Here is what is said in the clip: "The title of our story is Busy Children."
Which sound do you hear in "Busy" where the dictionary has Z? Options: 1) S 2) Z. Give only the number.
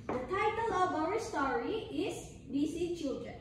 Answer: 1